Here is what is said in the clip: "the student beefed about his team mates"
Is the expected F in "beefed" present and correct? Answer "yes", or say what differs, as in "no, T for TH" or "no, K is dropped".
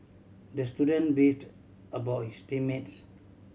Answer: no, F is dropped